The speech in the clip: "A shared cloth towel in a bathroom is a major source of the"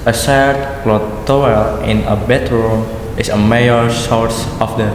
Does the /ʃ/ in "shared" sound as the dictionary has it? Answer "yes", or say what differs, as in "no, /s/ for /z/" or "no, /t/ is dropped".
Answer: no, /s/ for /ʃ/